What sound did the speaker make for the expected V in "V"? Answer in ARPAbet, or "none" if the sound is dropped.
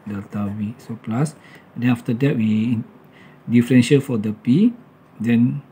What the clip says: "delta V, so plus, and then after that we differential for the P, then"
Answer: W